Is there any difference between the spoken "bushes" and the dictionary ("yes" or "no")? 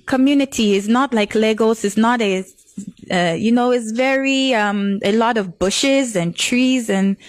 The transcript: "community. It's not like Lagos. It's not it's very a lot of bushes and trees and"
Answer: no